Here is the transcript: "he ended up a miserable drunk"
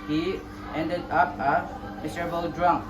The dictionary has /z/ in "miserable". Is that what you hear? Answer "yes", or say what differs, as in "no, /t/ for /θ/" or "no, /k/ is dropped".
no, /s/ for /z/